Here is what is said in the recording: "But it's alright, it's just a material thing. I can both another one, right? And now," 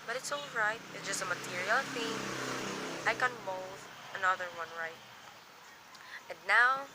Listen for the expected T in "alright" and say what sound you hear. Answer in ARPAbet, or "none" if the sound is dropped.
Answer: T